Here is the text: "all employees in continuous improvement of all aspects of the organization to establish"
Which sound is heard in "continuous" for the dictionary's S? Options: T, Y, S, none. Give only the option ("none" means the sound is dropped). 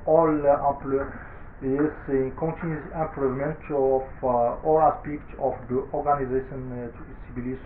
none